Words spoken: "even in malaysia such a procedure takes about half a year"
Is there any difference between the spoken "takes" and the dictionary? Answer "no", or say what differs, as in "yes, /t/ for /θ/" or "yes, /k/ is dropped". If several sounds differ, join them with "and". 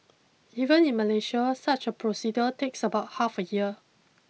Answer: no